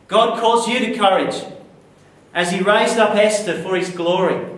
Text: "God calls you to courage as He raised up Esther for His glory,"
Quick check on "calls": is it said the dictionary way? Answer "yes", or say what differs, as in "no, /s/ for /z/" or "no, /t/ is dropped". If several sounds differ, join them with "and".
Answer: no, /l/ is dropped